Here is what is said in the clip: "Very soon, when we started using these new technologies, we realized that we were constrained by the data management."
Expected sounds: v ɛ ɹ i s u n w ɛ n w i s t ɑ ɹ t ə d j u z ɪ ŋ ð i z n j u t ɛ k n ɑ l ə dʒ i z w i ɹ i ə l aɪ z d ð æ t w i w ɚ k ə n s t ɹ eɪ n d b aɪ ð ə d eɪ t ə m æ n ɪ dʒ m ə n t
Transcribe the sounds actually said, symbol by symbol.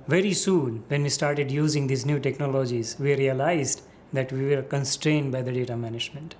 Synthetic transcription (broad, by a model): v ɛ ɹ i s u n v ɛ n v i s t ɑ ɹ t ə d j u z ɪ ŋ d i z n j u t ɛ k n ɑ l ə dʒ i z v i ɹ i ə l aɪ z d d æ t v i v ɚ k ə n s t ɹ eɪ n d b aɪ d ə d eɪ t ə m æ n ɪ dʒ m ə n t